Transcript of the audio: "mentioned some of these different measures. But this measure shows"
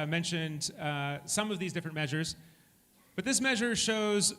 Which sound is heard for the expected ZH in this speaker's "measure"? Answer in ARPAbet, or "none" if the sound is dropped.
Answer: ZH